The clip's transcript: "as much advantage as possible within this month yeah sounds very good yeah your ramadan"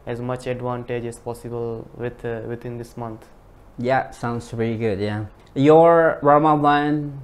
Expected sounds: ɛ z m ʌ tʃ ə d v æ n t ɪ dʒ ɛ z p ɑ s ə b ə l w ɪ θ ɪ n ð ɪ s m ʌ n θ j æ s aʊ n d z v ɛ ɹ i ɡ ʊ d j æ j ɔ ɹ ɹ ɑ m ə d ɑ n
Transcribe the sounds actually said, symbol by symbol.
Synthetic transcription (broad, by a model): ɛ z m ʌ tʃ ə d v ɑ n t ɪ dʒ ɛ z p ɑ s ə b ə l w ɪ t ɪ n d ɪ s m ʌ n t j æ s aʊ n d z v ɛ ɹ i ɡ ʊ d j æ j ɔ ɹ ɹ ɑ m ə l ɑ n